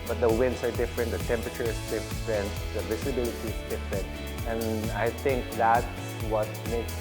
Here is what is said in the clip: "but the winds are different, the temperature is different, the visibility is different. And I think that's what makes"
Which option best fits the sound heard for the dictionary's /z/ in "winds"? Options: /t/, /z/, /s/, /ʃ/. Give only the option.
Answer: /s/